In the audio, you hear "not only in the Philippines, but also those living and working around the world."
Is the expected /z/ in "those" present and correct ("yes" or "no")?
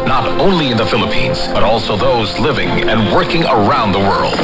yes